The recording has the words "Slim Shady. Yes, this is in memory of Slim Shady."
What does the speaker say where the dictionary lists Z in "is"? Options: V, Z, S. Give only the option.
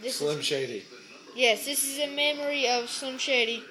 Z